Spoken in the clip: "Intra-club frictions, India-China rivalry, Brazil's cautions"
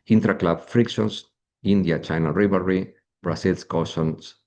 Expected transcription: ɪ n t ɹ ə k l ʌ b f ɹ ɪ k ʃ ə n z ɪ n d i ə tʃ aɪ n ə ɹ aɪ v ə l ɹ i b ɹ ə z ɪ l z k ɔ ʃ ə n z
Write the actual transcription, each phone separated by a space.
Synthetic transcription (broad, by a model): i n t ɹ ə k l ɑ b f ɹ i k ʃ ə n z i n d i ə tʃ aɪ n ə ɹ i b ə ɹ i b ɹ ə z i l s k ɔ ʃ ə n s